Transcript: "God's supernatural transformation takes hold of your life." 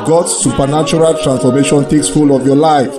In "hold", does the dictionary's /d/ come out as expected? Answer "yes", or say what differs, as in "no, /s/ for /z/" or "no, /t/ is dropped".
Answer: no, /d/ is dropped